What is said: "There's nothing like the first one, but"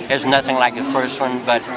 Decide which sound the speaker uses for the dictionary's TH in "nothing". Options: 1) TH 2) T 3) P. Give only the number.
1